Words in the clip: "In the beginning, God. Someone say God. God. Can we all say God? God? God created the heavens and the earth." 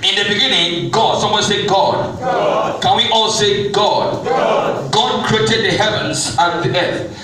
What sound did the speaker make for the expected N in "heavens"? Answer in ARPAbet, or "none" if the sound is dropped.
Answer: N